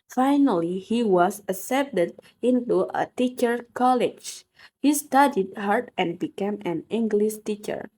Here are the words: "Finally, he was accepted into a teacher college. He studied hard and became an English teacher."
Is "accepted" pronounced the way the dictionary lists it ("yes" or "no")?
no